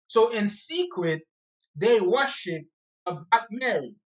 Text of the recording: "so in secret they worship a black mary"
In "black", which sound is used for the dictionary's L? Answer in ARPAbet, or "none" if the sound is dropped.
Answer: none